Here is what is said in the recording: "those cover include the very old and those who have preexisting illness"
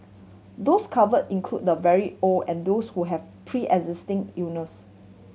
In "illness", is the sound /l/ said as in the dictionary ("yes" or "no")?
no